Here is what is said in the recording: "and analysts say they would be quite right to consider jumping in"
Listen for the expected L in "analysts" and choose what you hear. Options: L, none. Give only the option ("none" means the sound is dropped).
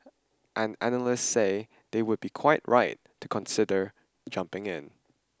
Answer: L